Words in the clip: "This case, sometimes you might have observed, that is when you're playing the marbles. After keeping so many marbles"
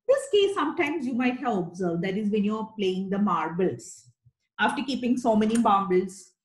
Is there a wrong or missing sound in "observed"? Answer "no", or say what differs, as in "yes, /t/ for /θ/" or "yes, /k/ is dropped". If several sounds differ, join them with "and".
no